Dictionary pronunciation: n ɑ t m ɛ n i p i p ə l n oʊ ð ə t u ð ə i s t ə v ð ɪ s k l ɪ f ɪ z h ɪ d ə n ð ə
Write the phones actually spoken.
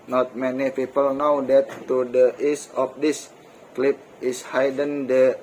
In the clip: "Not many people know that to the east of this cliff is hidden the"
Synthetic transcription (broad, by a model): n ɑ t m ɛ n i p i p ə l n oʊ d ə t u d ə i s ə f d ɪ s k l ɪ p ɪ s h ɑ d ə n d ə